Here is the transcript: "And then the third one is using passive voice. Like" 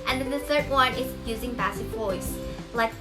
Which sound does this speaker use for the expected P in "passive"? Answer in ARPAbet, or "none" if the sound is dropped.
B